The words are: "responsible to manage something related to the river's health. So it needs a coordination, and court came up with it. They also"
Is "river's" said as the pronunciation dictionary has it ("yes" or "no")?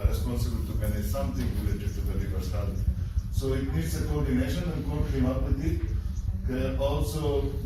no